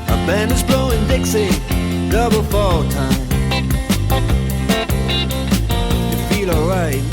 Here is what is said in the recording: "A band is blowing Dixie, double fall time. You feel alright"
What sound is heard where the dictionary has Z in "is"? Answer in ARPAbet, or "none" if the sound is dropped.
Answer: Z